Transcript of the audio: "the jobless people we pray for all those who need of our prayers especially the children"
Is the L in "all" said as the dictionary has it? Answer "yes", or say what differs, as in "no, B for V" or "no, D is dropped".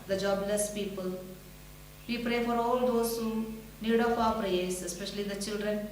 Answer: yes